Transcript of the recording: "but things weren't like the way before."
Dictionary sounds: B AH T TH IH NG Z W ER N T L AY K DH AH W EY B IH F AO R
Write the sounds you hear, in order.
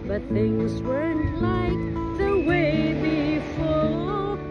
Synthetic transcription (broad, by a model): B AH T TH IH NG Z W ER N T L AY K DH AH W EY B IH F AO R